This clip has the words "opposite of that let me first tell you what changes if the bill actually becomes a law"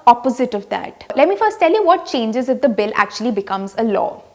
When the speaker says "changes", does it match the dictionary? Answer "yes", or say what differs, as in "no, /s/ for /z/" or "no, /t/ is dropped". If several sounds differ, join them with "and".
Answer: yes